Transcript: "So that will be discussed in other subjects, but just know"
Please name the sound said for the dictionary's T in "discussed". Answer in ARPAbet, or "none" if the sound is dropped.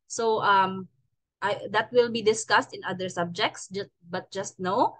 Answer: T